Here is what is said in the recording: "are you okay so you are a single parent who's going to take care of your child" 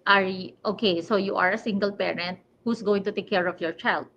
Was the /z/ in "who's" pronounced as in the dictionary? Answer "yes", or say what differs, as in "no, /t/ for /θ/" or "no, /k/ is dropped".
no, /s/ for /z/